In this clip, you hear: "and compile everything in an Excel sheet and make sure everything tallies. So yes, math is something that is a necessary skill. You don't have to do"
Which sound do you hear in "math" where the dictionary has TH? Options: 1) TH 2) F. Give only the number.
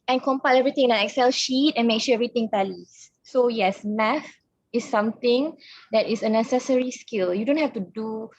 2